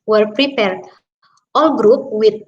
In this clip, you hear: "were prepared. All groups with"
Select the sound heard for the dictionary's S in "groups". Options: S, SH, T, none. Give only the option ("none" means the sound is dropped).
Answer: none